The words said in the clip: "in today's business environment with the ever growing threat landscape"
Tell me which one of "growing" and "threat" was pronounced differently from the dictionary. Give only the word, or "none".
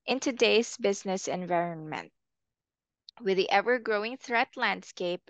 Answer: none